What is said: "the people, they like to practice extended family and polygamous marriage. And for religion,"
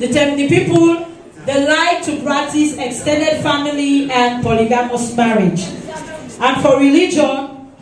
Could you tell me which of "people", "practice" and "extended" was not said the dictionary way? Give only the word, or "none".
practice